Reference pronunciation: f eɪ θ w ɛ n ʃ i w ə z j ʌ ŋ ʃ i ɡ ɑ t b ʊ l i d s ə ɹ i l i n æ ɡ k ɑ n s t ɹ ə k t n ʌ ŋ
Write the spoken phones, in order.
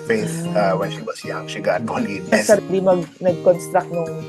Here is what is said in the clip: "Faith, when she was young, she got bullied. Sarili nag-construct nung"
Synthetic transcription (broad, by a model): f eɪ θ w ɛ n ʃ i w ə s j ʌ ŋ ʃ i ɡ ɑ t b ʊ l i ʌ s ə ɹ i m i n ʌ ɡ k ɑ n s t ɹ ə k t n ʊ ŋ